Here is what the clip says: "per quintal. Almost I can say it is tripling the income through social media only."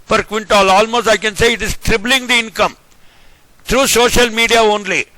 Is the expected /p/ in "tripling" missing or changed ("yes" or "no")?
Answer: yes